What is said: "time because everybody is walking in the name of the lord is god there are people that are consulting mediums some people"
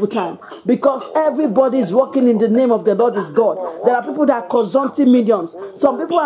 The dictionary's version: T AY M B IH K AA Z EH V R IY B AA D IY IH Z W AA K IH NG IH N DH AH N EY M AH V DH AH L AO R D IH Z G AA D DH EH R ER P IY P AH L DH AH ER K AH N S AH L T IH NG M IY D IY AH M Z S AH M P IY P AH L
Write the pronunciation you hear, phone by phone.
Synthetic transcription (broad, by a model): T AY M B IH K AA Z EH V R IY B AA D IY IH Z W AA K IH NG IH N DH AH N EY M AH V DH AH L AO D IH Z G AA D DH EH R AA P IY P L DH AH K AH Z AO N T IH M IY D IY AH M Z S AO M P IY P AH